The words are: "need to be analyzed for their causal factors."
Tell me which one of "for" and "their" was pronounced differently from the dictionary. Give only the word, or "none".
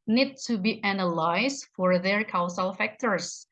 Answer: none